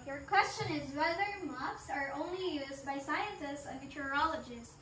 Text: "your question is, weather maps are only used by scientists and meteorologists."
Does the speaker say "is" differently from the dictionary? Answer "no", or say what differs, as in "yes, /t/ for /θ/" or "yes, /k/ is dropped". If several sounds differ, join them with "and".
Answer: no